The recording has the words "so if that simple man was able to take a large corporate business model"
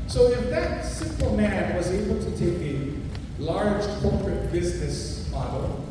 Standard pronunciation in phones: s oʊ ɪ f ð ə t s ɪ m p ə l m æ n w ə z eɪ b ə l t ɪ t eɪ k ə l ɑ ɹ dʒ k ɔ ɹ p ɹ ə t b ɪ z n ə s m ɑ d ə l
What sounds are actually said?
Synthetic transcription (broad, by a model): s oʊ ɪ f ð ə t s ɪ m p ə l m æ n w ə z eɪ b l t ɪ t eɪ k ə l ɑ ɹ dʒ k ɔ ɹ p ɹ ə t b ɪ z n ə s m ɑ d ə l